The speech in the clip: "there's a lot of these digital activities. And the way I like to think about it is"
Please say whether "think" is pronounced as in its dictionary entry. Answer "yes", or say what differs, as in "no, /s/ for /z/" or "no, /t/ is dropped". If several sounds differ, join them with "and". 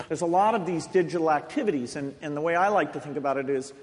yes